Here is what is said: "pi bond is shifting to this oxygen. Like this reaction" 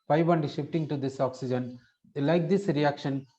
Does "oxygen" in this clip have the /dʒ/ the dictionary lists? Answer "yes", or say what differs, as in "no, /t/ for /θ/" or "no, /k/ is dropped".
yes